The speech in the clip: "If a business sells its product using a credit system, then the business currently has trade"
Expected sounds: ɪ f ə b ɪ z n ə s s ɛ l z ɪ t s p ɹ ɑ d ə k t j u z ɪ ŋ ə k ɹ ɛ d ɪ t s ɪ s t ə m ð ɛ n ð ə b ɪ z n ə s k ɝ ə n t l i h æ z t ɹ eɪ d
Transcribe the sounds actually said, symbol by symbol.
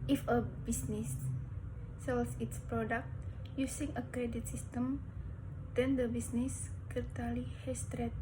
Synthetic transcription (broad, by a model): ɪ f ə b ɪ s n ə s s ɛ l s ɪ t s p ɹ ɑ d ə k t j u s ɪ ŋ ə k ɹ ɛ d ɪ t s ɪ s t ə m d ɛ n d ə b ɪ s n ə s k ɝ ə t l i h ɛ s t ɹ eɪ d